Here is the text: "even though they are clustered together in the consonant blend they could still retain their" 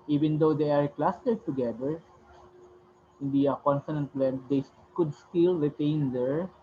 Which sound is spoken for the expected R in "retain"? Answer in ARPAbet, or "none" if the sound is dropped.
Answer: R